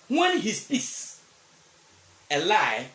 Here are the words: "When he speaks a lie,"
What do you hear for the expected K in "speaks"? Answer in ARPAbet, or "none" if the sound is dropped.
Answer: none